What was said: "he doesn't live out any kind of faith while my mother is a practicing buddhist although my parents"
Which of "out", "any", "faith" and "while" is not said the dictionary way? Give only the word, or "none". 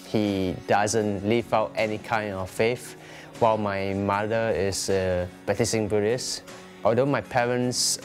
faith